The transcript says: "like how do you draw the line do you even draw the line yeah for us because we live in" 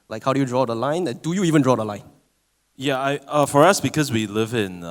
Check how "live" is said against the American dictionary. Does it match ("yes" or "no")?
yes